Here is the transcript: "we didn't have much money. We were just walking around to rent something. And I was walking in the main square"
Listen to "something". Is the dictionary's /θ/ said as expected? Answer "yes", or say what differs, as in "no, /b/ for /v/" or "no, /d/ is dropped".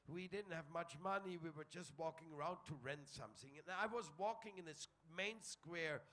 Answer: yes